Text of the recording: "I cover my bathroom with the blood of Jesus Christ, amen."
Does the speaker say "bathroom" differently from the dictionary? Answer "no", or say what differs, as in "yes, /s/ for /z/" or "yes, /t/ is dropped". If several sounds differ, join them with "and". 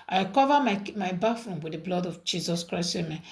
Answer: yes, /f/ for /θ/